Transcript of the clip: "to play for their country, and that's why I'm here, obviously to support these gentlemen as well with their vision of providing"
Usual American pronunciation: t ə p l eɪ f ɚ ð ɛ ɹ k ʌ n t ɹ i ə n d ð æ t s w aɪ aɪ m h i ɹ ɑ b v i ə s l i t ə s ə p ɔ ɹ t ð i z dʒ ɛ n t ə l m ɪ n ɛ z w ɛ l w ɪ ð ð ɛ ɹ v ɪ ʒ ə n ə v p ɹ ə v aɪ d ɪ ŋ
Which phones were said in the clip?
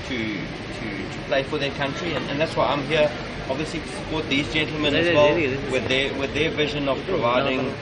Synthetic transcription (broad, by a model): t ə p l eɪ f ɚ ð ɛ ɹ k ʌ n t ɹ i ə n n ð æ t s w aɪ aɪ m h i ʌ ɑ b v i ə s l i t ə s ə p ɔ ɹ t ð i z dʒ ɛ n t l m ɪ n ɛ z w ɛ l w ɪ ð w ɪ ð v ɪ ʒ ə n ə v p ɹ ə v aɪ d ɪ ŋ